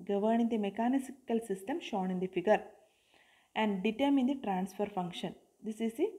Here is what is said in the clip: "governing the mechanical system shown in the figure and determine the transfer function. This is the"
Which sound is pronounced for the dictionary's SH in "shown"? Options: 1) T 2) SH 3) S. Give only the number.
2